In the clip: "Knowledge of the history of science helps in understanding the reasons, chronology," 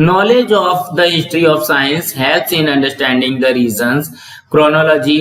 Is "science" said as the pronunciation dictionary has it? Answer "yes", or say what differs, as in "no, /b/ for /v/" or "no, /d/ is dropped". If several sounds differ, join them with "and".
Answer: yes